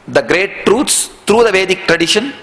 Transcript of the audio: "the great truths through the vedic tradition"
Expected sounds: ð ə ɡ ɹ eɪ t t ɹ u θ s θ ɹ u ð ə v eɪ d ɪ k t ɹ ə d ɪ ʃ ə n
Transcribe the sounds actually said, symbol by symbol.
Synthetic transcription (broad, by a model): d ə ɡ ɹ eɪ t t ɹ u t s t ɹ u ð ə v eɪ d ɪ k t ɹ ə d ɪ ʃ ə n